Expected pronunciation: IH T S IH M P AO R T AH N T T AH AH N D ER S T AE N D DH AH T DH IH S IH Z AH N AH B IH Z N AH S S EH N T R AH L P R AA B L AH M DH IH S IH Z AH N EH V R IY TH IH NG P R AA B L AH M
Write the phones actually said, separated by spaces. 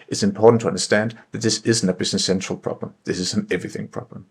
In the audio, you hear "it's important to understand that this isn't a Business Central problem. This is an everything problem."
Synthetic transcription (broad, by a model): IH T S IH M P AO R T N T T AH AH N D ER S T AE N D DH AH T DH IH S IH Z N AH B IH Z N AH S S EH N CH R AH L P R AA B L AH M DH IH S IH Z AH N EH V R IY TH IH NG P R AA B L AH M